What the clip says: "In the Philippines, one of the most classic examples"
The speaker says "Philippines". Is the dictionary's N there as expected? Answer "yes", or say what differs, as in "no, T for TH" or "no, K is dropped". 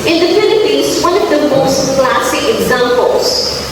no, N is dropped